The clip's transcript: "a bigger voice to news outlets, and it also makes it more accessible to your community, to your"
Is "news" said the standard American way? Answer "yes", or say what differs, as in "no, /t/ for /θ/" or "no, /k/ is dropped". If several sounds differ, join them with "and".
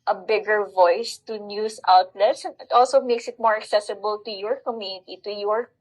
no, /s/ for /z/